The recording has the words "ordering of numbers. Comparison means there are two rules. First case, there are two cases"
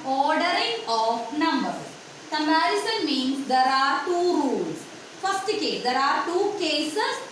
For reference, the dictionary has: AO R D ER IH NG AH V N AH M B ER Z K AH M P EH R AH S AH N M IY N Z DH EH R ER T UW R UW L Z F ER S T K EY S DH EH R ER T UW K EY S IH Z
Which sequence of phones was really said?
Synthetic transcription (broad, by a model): AO R D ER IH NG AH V N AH M B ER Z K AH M EH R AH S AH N M IY N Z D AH R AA T UW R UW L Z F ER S T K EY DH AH R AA T UW K EY S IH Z